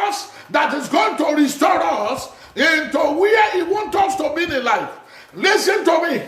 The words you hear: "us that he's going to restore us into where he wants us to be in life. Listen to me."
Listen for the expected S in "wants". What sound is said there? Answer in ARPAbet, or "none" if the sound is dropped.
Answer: none